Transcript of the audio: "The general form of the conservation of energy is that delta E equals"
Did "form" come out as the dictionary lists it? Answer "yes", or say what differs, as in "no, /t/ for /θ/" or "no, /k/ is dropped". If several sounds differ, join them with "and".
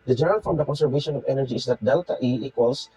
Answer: no, /m/ is dropped